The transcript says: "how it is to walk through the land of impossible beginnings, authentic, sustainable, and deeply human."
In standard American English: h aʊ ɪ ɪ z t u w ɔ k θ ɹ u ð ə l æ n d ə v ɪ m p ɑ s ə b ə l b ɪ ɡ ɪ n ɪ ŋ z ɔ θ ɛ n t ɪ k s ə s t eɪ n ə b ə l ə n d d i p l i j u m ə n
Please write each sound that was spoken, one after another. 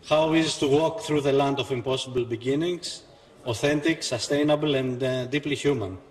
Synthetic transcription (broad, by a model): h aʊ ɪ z t u w ɔ k θ ɹ u ð ə l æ n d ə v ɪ m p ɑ s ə b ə l b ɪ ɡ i n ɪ ŋ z ɔ θ ɛ n t ɪ k s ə s t eɪ n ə b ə l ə n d d i p l i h u m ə n